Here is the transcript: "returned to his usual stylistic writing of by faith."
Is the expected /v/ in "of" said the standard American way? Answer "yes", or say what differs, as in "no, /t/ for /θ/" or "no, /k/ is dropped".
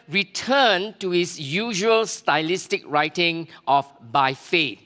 no, /f/ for /v/